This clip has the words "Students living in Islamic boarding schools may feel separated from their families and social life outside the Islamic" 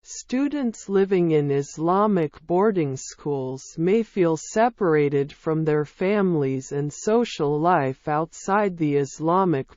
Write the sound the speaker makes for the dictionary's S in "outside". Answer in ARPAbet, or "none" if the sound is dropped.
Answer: S